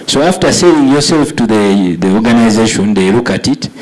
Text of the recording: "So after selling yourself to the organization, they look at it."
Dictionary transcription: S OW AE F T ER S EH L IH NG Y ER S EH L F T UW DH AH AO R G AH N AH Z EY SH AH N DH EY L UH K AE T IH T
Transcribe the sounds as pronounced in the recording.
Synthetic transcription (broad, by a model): S OW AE F T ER S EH IH NG Y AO S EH L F T UW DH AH AO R G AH N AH Z EY SH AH N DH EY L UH K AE T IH T